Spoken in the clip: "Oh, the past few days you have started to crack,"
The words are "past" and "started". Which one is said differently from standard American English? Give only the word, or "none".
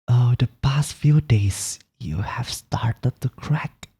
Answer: none